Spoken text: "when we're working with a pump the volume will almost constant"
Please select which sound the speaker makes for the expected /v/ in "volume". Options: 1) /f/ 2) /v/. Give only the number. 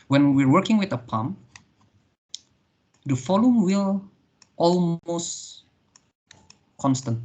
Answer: 1